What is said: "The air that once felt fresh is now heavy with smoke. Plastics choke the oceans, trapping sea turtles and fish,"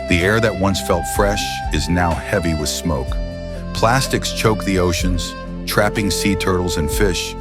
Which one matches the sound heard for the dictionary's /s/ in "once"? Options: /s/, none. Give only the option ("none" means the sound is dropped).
/s/